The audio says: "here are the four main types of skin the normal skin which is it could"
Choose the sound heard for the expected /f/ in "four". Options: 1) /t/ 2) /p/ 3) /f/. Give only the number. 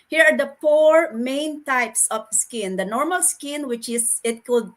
2